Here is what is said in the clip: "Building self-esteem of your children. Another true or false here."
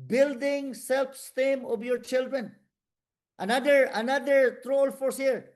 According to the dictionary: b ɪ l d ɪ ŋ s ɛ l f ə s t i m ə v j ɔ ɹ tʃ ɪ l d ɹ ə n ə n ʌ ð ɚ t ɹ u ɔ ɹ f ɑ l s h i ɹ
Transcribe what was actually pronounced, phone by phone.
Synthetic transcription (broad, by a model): b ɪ l d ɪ ŋ s ɛ l f s t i m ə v j ɔ ɹ tʃ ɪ l d ɹ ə n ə n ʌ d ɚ t ɹ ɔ l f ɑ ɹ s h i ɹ